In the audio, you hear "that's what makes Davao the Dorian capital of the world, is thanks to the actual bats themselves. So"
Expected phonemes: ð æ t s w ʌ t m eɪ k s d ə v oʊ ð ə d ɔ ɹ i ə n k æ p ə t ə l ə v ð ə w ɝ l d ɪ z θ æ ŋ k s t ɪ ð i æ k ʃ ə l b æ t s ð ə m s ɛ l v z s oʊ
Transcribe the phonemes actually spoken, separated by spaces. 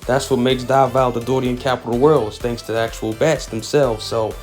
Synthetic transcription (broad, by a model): ð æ t s w ʌ t m eɪ k s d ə v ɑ ð ə d ɔ ɹ i ə n k æ p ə t l w ɝ l d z θ æ ŋ k s t ɪ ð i æ k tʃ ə l b æ t s ð ə m s ɛ l v z s oʊ